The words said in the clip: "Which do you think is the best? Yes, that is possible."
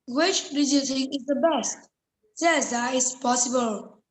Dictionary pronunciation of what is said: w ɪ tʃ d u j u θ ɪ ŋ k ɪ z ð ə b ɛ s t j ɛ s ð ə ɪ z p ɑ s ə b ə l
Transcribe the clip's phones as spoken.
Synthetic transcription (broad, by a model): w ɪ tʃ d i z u t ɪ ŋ ɪ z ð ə b ɛ s t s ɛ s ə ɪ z p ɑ s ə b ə l